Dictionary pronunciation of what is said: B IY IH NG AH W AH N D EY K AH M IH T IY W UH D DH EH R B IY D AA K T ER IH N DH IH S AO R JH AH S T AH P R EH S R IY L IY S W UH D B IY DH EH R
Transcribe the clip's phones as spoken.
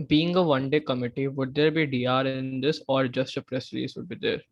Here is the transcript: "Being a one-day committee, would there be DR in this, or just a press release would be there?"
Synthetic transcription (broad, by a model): B IY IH NG AH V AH N D EY K AH M IH T IY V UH D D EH R B IY D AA T IH N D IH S AO R JH AH S T AH P R EH S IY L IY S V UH D B IY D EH R